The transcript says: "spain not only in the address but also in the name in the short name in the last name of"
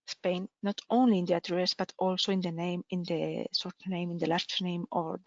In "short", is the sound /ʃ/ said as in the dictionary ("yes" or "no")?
no